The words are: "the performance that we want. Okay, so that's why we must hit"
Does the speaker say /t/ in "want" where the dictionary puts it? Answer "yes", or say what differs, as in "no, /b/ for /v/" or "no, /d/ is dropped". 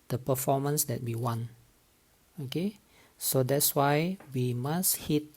no, /t/ is dropped